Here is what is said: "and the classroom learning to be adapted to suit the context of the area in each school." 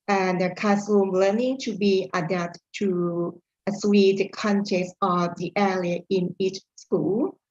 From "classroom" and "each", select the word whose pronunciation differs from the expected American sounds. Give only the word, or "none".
classroom